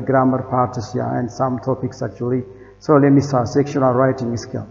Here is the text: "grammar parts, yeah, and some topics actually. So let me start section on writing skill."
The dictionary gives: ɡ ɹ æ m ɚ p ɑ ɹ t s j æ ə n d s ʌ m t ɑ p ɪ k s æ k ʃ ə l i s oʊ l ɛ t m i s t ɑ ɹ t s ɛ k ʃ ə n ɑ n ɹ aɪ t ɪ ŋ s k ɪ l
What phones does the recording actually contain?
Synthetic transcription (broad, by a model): ɡ ɹ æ m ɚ p ɑ ɹ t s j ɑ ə n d s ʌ m t ɑ p ɪ k s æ k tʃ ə l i s oʊ l ɛ t m i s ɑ s ɛ k ʃ ə n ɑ l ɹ aɪ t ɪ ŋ s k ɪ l